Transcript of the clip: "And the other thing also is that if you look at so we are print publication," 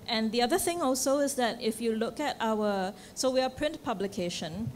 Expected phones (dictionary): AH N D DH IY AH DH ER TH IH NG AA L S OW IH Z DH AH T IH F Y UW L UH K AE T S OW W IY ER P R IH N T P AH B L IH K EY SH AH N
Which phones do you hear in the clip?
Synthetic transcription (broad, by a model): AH N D IY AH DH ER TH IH NG AA L S OW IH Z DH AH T IH F Y UW L UH K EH T S OW W IY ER P R IH N T P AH B L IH K EY SH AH N